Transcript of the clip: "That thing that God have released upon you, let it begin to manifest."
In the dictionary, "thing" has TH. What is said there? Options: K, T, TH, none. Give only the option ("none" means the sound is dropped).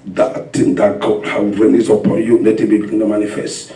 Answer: T